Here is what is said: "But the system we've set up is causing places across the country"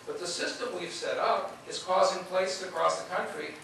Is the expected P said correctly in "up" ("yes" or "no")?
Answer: yes